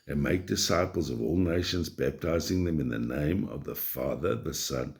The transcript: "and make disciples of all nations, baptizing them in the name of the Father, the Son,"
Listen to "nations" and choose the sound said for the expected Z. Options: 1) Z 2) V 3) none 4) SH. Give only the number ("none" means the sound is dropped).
1